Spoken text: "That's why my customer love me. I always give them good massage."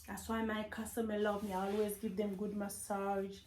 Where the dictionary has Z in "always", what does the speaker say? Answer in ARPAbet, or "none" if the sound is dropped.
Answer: Z